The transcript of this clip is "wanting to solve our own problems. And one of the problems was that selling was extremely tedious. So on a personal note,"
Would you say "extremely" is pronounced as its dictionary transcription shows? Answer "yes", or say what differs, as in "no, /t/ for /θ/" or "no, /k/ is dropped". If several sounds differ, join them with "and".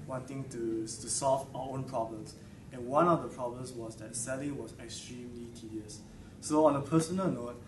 yes